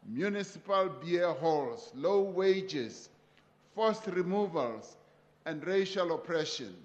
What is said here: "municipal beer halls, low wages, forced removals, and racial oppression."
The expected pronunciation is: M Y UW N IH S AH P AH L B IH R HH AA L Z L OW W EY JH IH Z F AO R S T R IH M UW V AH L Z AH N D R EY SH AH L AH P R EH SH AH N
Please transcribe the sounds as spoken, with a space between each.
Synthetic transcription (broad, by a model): M Y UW N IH S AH P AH L B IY HH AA L S L OW W EY JH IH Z F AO S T R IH M UW V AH L S AH N D R EY SH AH L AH P R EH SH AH N